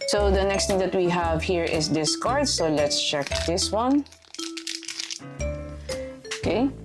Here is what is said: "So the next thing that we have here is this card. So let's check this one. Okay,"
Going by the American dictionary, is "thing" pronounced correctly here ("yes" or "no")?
no